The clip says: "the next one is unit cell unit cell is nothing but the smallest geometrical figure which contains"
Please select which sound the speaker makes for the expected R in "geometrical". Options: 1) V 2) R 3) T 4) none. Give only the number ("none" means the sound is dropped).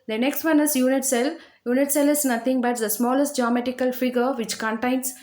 4